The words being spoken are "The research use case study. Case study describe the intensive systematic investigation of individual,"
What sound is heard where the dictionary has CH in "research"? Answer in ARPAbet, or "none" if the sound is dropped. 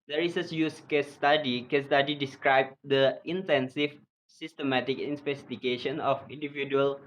S